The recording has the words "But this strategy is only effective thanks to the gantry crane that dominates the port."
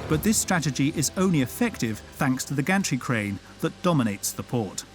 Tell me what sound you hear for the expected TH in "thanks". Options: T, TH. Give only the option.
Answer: TH